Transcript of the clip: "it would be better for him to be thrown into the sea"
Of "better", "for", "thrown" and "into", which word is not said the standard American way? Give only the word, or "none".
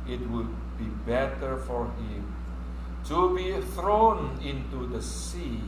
none